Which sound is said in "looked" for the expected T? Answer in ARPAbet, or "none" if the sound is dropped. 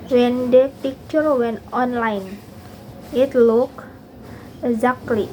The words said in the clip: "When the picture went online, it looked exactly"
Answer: none